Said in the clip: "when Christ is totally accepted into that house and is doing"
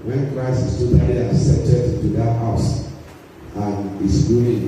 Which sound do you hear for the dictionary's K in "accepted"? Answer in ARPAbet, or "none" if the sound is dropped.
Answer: none